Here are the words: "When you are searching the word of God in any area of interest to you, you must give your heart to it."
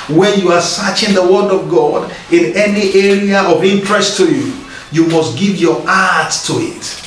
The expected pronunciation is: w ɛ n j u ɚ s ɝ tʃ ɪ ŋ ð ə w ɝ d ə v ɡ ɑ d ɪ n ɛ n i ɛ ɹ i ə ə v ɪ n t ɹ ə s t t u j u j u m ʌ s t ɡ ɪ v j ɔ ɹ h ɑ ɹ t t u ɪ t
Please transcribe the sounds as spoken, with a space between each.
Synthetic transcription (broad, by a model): w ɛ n j u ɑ s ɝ tʃ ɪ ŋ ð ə w ɝ d ə v ɡ ɑ d ɪ n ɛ n i ɛ ɹ i ə ə v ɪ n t ɹ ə s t t u j u j u m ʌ s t ɡ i v j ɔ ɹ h ɑ t t u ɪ t